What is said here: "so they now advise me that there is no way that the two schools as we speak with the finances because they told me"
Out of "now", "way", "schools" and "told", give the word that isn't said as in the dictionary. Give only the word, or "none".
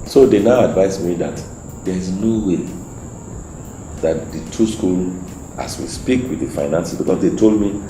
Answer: schools